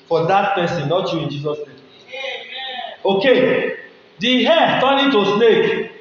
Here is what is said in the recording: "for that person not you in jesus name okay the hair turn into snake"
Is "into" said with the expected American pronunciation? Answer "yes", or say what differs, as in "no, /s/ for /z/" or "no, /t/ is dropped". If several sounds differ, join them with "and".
no, /n/ is dropped